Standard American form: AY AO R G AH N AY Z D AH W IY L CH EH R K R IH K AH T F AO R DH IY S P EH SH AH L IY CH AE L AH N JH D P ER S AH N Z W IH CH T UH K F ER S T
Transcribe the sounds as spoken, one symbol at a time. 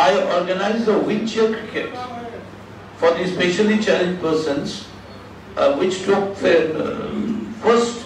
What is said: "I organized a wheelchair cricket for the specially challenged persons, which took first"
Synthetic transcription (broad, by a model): AY AO R G AH N AY Z D AH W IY N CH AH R K R IH K AH T F AO R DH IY S P EH SH AH L IY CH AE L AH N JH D P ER S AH N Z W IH CH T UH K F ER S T